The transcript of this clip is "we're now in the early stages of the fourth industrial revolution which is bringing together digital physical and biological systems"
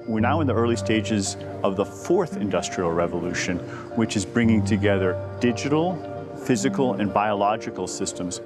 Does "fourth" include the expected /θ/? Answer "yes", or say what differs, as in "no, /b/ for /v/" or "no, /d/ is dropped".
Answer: yes